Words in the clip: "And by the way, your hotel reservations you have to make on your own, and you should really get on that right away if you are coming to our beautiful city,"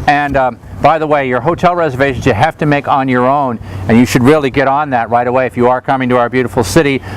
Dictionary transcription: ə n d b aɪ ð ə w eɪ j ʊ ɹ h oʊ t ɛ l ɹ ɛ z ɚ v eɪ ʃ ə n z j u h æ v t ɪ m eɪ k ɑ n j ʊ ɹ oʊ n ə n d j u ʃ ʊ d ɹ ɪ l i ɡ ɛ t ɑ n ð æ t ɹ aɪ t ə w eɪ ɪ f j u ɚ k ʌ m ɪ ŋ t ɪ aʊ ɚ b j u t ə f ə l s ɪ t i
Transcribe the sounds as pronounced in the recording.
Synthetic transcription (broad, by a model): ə n b aɪ ð ə w eɪ j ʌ ɹ h oʊ t ɛ l ɹ ɛ z ɚ v eɪ ʃ n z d h æ f t ɪ m eɪ k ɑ n j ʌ ɹ oʊ n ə n j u ʃ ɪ d ɹ ɪ l i ɡ ɛ t n ð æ t ɹ aɪ t ə w eɪ ɪ f j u ɚ k ʌ m ɪ ŋ t ɪ aʊ ɚ b j u t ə f l s ɪ t i